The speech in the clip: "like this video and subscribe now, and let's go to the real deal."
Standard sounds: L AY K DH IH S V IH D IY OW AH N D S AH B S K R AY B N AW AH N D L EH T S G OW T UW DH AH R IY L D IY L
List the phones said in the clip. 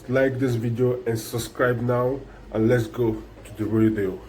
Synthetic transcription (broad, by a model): L AY K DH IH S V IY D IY OW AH N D S AH B S K R AY B N AW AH N L EH T S G OW T UW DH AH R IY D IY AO